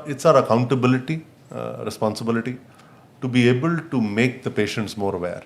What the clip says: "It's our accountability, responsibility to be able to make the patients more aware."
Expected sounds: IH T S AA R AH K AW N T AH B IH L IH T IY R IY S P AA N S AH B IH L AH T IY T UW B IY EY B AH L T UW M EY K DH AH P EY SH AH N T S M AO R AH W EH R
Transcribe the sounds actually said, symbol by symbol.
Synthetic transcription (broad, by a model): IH T S AA R AH K AW N T AH B IH L IH T IY R IY S P AA N S AH B IH L AH T IY T UW B IY EY B AH L T UW M EY K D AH P EY SH AH N T S M AO R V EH R